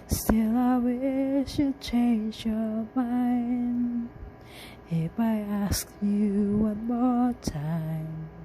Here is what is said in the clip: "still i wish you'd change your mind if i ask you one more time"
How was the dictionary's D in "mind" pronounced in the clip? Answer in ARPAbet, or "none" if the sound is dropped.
none